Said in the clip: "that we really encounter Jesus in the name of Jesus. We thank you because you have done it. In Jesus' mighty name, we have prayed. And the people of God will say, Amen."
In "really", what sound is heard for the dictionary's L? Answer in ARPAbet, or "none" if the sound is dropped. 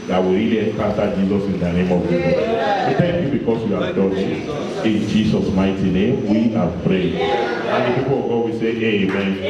none